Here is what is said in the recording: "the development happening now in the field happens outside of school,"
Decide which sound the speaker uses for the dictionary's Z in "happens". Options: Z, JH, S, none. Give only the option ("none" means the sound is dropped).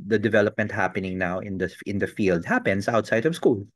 S